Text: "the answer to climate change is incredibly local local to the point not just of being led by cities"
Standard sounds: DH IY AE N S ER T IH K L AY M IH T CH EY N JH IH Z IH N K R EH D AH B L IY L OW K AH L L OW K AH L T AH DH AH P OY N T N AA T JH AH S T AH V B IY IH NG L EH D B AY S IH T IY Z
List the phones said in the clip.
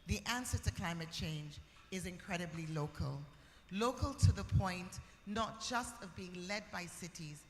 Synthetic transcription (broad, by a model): DH IY AE N S ER T IH K L AY M IH T CH EY N JH IH Z IH N K R EH D AH B L IY L OW K AH L L OW K AH L T AH DH AH P OY N T N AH T JH AH S T AH V B IY IH NG L EH D B AY S IH T IY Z